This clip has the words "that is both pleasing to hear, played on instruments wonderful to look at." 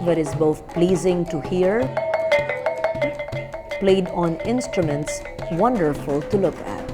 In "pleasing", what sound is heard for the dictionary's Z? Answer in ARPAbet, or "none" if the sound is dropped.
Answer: Z